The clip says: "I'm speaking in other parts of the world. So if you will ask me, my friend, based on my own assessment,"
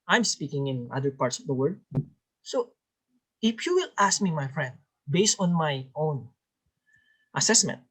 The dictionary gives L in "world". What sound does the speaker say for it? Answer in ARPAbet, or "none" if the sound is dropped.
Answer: none